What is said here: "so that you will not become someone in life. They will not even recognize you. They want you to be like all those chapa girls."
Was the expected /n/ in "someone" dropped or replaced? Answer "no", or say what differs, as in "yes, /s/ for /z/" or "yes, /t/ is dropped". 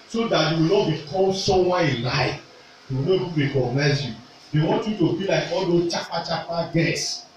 yes, /n/ is dropped